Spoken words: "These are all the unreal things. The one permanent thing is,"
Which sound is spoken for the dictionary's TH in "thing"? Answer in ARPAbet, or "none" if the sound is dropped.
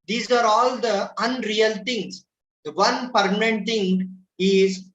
T